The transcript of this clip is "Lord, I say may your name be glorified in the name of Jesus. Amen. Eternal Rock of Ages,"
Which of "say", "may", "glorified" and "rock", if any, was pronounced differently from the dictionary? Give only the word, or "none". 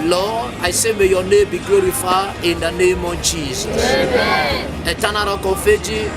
glorified